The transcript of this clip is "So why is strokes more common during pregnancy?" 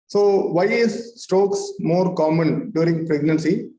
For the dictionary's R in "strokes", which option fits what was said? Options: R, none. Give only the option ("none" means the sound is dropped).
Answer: none